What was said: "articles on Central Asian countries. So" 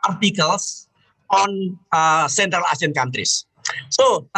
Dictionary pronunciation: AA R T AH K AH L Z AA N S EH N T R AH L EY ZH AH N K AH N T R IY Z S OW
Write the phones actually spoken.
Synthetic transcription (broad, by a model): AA R T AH K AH L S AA N S EH N T R AH L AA S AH N K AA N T R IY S S OW